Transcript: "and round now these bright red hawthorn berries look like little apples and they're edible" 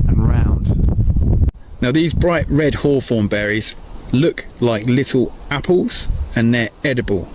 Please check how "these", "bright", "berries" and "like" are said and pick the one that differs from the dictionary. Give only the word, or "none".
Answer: none